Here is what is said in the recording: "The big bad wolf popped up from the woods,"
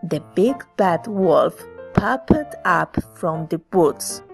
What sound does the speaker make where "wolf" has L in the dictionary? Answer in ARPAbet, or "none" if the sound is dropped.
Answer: L